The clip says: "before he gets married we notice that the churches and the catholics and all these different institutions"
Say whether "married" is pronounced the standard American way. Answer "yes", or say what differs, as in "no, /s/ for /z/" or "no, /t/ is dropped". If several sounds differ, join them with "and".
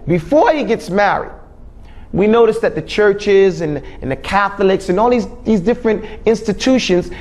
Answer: yes